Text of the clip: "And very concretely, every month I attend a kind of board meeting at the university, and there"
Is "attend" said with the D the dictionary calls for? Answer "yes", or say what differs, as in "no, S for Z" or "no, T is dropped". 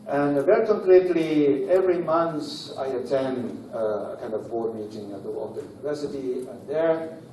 yes